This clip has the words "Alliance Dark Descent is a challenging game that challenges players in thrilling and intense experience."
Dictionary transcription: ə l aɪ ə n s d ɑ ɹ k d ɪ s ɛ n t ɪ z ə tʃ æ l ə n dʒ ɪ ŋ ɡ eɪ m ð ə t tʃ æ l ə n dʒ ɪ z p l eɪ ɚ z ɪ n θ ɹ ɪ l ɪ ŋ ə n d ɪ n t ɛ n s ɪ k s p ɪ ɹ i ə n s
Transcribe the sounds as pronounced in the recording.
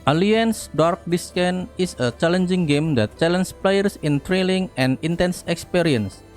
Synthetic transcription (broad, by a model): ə l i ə n s d ɑ ɹ k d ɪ s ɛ n ɪ s ə tʃ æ l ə n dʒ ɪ ŋ ɡ eɪ m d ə t tʃ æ l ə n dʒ p l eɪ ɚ s ɪ n t ɹ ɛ l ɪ ŋ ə n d ɪ n t ɛ n s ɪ k s p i ɹ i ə n s